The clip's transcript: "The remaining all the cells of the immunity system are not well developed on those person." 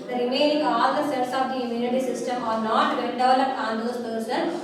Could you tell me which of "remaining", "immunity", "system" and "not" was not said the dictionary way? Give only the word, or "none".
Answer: remaining